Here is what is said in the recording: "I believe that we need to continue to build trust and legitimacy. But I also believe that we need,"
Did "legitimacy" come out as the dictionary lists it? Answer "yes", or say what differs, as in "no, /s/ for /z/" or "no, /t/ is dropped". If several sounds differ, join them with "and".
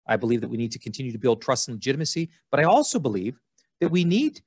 yes